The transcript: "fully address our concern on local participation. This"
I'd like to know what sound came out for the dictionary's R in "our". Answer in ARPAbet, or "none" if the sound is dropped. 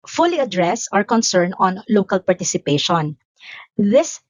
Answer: R